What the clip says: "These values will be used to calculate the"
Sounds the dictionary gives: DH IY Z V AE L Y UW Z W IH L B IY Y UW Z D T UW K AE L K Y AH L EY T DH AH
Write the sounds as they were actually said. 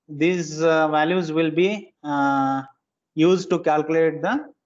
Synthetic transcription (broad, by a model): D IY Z V AE L Y UW Z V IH L B IY Y UW Z D T UW K AE L K Y AH L EY T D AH